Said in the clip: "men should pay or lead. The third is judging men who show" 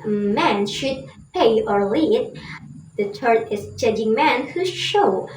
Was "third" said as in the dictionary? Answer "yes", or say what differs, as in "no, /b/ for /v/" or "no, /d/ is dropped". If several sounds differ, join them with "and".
no, /t/ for /θ/ and /d/ is dropped